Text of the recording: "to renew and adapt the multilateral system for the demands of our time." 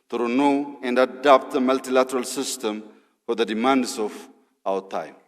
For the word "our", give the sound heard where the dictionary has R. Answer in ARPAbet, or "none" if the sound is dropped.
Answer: W